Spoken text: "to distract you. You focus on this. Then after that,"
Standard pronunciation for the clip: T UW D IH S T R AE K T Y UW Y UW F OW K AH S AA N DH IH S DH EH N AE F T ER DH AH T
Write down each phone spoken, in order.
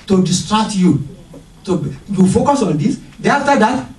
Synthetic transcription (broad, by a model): T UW D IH S T R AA K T Y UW Y UW F OW K AH S AA N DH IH S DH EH AA F T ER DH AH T